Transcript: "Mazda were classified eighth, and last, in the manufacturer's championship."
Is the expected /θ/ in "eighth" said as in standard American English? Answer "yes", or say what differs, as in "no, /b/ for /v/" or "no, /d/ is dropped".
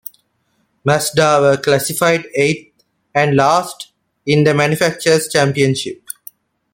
no, /t/ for /θ/